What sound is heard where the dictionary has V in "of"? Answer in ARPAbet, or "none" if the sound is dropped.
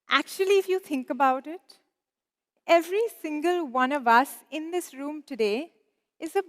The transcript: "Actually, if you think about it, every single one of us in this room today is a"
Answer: V